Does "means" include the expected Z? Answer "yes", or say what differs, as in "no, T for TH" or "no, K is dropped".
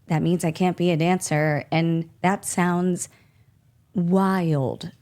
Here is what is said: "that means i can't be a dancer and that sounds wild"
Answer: yes